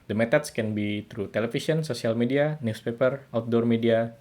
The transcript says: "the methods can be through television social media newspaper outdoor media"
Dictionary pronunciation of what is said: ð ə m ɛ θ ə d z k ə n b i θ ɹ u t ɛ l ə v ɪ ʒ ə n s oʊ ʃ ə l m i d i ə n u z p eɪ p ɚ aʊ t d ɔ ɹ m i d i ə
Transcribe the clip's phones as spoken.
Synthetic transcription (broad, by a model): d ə m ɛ t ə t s k ə n b i t ɹ u t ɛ l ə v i s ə n s oʊ s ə l m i d i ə n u s p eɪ p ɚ aʊ t d ɔ ɹ m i d i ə